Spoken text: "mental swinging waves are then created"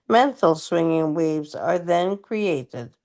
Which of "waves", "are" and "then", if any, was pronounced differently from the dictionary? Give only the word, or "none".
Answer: none